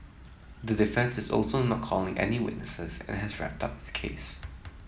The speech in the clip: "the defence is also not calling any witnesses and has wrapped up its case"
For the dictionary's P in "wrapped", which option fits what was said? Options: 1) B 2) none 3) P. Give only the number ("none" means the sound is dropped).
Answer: 3